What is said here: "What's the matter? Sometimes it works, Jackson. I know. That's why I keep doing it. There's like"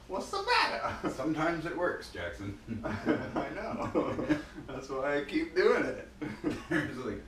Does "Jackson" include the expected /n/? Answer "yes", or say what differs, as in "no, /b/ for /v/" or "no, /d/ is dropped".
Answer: yes